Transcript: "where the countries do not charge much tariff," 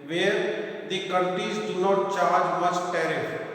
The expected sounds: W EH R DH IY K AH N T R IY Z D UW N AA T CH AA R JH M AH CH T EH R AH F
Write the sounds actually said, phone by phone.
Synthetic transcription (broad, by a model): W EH R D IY K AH N T R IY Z D UW N AA T CH AA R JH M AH S T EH R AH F